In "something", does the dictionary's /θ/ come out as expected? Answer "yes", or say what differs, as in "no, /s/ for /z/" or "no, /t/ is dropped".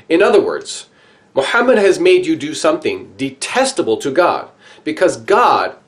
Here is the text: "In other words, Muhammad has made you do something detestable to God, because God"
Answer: yes